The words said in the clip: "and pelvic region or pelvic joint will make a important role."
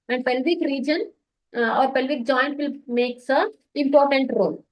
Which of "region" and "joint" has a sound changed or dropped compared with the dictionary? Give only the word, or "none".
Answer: none